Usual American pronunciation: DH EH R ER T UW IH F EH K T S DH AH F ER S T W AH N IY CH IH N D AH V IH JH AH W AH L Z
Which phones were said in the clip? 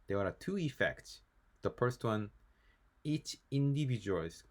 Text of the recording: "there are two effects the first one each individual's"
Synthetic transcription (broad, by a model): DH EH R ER T UW IH F EH K T S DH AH F ER S T W AH N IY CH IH N D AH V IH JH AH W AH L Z